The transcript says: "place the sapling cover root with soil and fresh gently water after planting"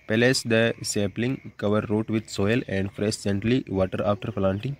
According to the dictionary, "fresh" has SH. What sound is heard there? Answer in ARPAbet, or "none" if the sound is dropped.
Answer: S